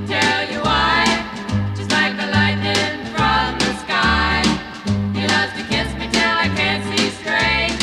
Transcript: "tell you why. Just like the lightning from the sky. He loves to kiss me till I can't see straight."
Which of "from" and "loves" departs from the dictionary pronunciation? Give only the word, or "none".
loves